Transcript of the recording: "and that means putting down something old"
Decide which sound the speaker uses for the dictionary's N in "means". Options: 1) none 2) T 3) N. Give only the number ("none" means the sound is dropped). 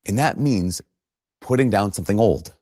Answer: 3